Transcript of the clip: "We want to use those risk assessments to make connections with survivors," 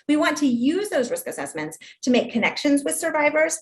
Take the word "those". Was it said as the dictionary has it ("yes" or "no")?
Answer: yes